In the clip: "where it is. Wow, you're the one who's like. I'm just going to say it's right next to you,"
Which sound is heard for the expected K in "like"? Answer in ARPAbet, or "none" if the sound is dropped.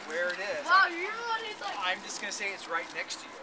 none